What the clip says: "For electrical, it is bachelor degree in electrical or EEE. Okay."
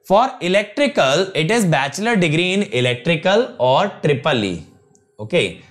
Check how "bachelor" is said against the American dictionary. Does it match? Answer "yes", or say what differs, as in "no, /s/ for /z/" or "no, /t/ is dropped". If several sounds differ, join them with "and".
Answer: yes